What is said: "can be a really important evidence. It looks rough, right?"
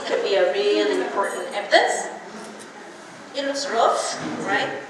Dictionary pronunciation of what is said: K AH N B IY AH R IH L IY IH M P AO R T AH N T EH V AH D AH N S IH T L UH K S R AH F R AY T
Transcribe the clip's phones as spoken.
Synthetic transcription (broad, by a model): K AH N B IY AH R IH L IY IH M P AO R T N T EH P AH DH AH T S IH T W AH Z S R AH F R AY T